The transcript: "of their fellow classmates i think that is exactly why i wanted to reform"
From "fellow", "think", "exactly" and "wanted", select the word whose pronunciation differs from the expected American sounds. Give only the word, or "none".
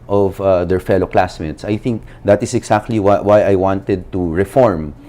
exactly